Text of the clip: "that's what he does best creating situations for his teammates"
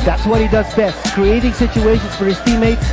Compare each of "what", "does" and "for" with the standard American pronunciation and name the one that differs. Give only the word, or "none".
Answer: none